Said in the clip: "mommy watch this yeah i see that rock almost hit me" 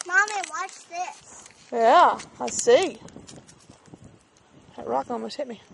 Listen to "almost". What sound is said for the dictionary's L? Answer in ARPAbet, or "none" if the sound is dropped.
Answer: none